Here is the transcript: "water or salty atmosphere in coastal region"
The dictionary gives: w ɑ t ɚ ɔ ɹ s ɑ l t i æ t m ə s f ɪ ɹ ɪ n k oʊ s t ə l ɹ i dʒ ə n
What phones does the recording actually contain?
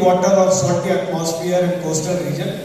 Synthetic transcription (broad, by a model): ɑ t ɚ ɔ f s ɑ t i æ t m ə s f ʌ ɹ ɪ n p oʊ s t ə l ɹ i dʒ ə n